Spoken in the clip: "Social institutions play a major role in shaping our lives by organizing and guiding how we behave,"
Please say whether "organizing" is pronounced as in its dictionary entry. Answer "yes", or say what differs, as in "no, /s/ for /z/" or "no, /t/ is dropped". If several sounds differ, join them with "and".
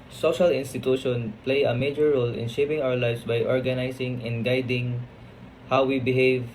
no, /s/ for /z/